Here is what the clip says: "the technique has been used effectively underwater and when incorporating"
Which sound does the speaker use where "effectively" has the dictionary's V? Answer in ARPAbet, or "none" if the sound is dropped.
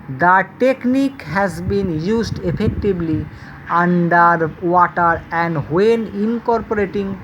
B